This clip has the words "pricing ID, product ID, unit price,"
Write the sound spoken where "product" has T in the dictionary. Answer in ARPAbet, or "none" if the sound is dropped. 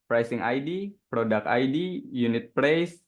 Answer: none